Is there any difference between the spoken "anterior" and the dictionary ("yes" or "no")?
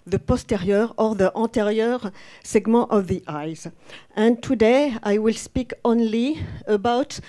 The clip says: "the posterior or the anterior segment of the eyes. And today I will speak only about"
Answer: yes